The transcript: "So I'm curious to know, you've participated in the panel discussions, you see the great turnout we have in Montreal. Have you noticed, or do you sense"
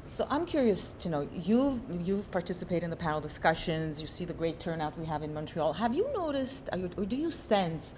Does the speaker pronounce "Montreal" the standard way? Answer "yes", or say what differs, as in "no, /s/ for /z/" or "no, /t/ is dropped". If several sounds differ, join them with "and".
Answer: yes